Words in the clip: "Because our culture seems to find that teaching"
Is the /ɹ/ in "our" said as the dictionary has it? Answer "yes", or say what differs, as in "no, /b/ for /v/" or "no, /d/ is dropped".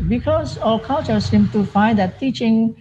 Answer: no, /l/ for /ɹ/